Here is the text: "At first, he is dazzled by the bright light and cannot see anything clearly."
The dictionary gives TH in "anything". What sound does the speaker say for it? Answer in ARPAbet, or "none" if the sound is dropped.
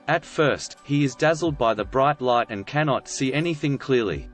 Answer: TH